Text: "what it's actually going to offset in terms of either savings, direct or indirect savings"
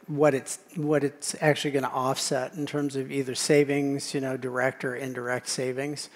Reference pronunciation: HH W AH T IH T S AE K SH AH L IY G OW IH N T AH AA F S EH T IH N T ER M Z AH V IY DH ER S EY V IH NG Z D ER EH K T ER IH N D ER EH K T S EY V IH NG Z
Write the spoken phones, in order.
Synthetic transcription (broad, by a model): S W AH T IH T S AE K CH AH L IY G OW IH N T AA F S EH T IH N T ER M Z AH V IY DH ER S EY V IH NG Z D ER EH K T ER IH N D ER EH K T S EY V IH NG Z